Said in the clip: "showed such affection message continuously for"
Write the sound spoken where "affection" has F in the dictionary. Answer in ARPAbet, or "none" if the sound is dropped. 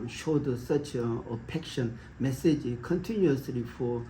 P